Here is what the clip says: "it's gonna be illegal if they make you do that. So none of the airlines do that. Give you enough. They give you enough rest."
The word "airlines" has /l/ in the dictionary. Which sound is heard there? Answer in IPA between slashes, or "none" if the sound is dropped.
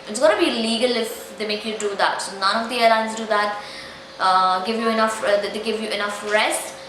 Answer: none